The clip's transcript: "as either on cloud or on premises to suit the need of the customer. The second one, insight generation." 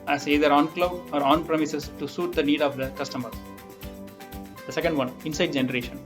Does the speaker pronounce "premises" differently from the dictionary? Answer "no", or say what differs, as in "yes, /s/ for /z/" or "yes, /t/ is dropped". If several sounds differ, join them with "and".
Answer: yes, /s/ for /z/